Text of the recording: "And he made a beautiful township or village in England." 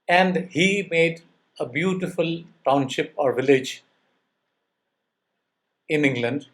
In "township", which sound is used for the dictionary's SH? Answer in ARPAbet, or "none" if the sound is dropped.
SH